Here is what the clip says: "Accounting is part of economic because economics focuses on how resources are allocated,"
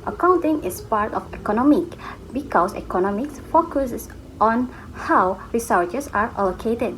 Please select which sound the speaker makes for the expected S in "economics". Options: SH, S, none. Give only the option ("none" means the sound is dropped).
S